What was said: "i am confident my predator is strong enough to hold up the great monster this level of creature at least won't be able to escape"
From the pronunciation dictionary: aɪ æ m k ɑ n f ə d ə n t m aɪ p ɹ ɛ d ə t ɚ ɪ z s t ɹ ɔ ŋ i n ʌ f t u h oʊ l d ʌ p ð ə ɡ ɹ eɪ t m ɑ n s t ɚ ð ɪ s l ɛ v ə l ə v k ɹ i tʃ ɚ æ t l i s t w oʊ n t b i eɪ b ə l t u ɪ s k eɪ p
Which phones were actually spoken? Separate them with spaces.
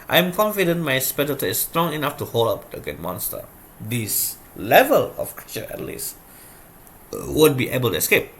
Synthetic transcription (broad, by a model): aɪ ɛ m k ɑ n f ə d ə n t m aɪ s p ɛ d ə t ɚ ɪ s t ɹ ɔ ŋ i n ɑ f t u h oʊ l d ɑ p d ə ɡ eɪ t m ɑ n s t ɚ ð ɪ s l ɛ v ə l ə f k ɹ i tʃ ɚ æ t l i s w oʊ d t b i eɪ b ə l t u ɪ s k eɪ p